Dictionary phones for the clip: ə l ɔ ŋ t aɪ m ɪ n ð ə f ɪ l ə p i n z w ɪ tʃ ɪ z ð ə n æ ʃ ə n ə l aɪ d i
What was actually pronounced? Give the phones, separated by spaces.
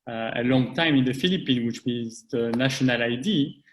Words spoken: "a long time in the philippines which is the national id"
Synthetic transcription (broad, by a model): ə l ɔ ŋ t aɪ m ɪ n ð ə f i l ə p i n w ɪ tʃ ɪ z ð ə n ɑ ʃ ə n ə l aɪ d i